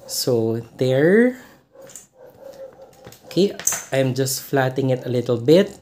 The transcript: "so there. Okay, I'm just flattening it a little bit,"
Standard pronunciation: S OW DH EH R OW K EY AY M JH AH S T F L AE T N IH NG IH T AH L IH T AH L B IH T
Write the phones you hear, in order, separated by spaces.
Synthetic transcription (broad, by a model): S OW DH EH R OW K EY AY M JH AH S T F L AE T IH NG IH T AH L IH T AH L B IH T